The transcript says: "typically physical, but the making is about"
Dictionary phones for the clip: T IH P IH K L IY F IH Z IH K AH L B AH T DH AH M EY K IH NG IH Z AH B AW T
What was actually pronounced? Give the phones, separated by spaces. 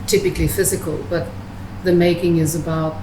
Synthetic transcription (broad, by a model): T IH P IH K L IY F IH Z IH K AH L B AH T DH AH M EY K IH NG IH Z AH B AW T